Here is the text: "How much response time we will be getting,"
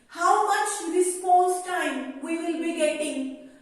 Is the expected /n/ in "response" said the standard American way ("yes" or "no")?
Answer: no